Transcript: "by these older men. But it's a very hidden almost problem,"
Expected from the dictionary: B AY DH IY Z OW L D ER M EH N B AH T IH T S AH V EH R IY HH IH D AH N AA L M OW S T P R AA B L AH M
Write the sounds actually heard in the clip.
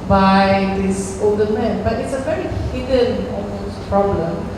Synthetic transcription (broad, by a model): B AY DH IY S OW L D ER M EH N B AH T IH T S AH V EH R IY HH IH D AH N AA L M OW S P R AA B L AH M